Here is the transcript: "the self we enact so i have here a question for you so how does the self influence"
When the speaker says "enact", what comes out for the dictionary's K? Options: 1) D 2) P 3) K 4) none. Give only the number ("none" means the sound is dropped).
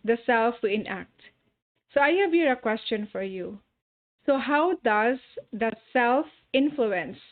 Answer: 3